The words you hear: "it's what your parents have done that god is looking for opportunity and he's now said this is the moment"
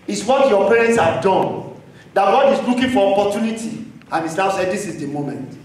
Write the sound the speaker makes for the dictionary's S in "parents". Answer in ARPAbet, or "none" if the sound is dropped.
S